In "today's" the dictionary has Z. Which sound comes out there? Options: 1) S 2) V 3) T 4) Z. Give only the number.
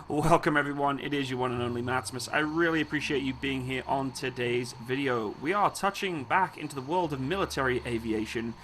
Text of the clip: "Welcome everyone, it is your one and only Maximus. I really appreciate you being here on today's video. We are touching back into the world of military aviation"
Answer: 4